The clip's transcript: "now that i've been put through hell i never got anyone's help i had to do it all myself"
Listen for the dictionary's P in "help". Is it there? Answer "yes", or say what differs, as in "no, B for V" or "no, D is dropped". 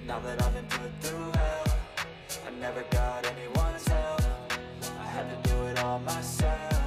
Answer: no, F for P